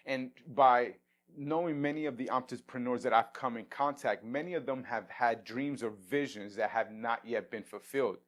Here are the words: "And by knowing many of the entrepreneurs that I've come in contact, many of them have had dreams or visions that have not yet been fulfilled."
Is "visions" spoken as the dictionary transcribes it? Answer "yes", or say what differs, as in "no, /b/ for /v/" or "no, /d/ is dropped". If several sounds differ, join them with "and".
yes